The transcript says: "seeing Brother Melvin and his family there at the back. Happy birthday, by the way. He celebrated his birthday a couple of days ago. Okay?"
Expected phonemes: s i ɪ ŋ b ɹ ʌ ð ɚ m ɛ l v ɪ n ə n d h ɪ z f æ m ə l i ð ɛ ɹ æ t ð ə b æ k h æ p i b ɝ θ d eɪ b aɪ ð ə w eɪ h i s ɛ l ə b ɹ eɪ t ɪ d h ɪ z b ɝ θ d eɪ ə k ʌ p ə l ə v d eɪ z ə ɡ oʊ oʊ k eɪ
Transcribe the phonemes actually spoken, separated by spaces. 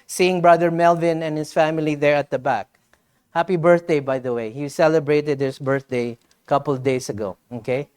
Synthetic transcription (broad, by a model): s i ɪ ŋ b ɹ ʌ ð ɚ m ɛ l v ɪ n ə n h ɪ s f æ m ə l i ð ɛ ɹ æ t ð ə b æ k h æ p i b ɝ θ d eɪ b aɪ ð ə w eɪ h i s ɛ l ə b ɹ eɪ t ɪ d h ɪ s b ɝ θ d eɪ ə k ʌ p ə l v d eɪ s ə ɡ oʊ oʊ k eɪ